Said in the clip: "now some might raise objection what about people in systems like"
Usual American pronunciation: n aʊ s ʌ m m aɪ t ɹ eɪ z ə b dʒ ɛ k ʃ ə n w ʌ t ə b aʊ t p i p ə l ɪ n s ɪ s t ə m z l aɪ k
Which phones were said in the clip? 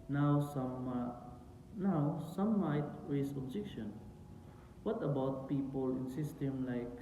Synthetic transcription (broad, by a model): n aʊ s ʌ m m aɪ t w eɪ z ə b dʒ ɛ k ʃ ə n w ʌ t ə b aʊ t p i p ə l ɪ n s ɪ s t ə m l aɪ k